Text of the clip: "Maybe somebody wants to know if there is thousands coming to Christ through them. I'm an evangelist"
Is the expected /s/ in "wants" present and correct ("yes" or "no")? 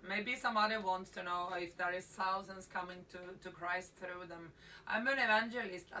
yes